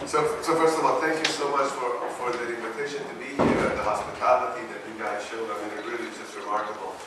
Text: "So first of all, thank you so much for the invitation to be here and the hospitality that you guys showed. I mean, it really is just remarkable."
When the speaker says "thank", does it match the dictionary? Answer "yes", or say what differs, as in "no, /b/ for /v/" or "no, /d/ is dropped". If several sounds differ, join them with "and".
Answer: yes